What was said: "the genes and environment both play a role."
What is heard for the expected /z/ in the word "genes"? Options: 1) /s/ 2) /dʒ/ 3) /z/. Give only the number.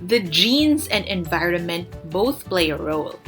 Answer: 3